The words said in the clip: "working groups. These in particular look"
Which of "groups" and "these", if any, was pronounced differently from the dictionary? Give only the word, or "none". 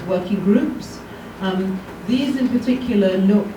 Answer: none